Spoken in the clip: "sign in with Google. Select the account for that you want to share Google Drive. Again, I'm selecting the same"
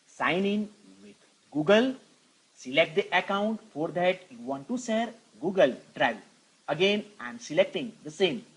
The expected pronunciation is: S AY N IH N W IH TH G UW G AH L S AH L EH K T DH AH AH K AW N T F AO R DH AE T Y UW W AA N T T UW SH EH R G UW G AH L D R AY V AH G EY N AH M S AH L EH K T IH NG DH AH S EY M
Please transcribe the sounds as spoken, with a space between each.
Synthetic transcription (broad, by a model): S AY N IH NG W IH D G UW G AH L S AH L EH K T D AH AH K AW N T F AO R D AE T Y UW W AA N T T UW S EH R G UW G AH L D R AY V AH G EY N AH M S AH L EH K T IH NG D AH S EY M